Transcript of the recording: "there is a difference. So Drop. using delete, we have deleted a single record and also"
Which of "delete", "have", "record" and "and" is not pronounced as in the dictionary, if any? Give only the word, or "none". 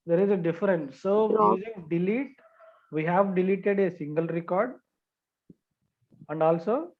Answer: none